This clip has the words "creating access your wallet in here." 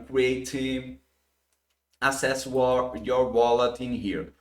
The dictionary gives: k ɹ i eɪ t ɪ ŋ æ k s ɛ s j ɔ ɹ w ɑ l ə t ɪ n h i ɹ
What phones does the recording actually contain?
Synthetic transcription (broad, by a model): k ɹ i eɪ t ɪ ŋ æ s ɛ s j ɔ ɹ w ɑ l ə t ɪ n h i ɹ